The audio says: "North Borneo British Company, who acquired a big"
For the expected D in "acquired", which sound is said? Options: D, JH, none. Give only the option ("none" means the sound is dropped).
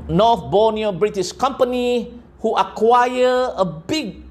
none